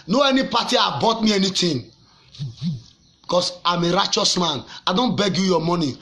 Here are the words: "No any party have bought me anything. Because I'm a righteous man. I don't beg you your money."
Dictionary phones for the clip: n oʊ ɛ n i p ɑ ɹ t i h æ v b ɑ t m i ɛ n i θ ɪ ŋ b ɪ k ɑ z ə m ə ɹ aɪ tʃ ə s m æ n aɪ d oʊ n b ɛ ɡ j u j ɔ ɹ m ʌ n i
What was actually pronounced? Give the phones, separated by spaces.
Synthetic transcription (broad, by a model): n oʊ ɛ n i p ɑ t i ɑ b ɑ t m i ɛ n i t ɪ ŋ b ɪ k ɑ s ə m ə ɹ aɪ tʃ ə s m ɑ n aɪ d oʊ n b ɛ ɡ j u j ɔ m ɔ n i